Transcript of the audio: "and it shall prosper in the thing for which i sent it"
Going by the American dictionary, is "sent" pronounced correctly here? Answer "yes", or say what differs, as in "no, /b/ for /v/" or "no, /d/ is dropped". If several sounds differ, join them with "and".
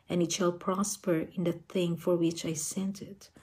yes